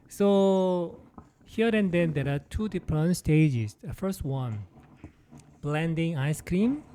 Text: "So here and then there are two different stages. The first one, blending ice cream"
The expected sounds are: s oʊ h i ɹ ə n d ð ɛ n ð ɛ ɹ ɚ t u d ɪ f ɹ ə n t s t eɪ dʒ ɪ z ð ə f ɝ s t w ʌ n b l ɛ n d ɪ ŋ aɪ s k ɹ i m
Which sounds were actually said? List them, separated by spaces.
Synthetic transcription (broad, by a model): s oʊ h i ɹ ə n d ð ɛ n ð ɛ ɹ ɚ t u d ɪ p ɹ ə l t s t eɪ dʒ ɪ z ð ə f ɝ s t w ʌ n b l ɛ n d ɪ ŋ aɪ s k ɹ i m